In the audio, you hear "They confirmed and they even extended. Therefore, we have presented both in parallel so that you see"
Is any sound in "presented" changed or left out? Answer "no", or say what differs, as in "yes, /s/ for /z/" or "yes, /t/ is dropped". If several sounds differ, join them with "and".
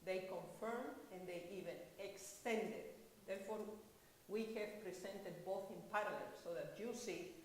yes, /s/ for /z/